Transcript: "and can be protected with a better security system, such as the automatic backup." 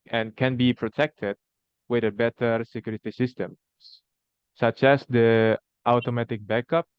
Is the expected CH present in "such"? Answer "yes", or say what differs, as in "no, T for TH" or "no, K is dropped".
yes